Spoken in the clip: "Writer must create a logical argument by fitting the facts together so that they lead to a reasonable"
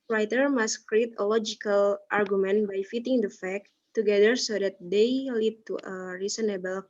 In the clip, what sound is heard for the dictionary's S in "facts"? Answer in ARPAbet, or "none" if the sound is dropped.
none